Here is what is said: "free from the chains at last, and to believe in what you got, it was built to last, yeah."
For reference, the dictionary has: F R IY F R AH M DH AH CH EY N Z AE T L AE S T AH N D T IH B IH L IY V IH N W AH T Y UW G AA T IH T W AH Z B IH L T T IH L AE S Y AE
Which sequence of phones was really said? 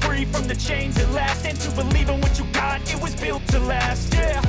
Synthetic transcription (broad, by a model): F R IY F R AH M DH AH CH EY N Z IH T L AE S T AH N T IH B IH L IY V IH N W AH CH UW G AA T IH T W AH Z B IH L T T IH L AE S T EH